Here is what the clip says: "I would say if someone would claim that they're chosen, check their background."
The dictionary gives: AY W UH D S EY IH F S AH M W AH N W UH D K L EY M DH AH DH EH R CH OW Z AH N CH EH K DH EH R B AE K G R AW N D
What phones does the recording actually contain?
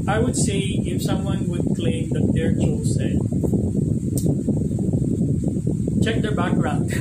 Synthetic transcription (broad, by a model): AY W UH D S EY IH F S AH M W AH N W UH D K L EY M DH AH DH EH R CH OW S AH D CH EH K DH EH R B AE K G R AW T